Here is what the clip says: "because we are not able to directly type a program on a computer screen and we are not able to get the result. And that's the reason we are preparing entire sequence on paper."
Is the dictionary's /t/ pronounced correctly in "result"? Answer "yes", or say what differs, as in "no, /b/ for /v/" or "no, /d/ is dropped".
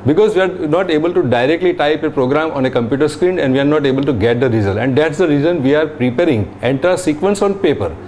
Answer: no, /t/ is dropped